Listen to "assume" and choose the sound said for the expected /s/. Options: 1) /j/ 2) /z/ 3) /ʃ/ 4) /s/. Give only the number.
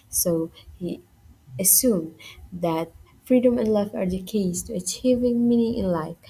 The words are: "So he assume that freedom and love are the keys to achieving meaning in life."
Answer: 4